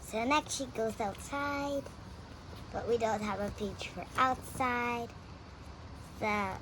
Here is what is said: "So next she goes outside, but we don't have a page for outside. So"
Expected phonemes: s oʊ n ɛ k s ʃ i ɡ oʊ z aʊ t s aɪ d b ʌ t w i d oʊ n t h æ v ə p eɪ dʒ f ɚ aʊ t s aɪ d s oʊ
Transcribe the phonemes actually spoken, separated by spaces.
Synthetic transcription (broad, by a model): s oʊ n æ k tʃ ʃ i ɡ oʊ z aʊ t s aɪ d b ʌ t w i d oʊ n t h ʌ v ə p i tʃ f ɚ aʊ t s aɪ d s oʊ